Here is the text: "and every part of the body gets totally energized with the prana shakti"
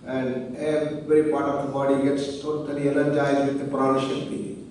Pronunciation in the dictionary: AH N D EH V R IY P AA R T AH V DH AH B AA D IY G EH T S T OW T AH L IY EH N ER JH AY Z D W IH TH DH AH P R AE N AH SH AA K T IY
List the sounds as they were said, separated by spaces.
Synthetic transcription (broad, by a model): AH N D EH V R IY P AA R T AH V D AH B AA D IY G EH T S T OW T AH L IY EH L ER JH AY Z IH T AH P R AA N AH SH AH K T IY